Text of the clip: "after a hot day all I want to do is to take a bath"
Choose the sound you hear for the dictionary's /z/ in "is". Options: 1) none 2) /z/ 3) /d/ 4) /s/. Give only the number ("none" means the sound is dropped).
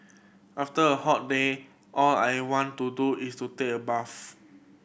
4